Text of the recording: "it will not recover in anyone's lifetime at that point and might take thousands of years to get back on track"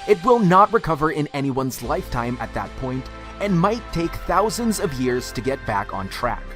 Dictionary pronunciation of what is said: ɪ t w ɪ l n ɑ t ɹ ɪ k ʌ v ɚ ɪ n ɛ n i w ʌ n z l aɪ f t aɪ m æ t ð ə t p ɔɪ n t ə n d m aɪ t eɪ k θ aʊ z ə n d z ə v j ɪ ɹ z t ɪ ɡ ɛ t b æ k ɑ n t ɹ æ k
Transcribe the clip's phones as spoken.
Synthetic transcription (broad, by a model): ɪ t w ɪ l n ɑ t ɹ ɪ k ʌ v ɚ ɪ n ɛ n i w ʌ n z l aɪ f t aɪ m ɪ t ð ə t p ɔɪ n t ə n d m aɪ t eɪ k θ aʊ z ə n d z ə v j ɪ ɹ z t ɪ ɡ ɛ t b æ k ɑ n t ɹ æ k